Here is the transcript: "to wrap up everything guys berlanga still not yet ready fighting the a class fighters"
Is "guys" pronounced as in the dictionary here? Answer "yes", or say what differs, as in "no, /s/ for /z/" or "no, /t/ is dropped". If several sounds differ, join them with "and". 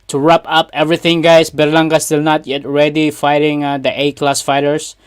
no, /s/ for /z/